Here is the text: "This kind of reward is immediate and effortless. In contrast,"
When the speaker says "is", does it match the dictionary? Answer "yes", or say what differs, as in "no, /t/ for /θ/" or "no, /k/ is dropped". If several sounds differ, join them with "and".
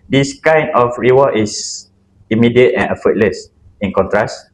no, /s/ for /z/